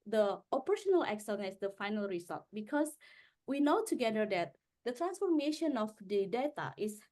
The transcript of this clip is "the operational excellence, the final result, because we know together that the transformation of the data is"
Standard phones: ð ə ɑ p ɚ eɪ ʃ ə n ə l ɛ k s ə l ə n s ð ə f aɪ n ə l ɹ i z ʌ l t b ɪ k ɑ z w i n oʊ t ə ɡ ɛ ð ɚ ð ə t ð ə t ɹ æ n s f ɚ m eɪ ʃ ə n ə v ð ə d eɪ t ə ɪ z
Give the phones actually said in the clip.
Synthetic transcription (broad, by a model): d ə ɑ p ɚ eɪ ʃ ə n ə l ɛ k s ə n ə s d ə f aɪ n ə l ɹ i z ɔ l t b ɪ k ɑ s w i n oʊ t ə ɡ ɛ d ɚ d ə t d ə t ɹ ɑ n s f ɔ m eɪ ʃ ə n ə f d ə d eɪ t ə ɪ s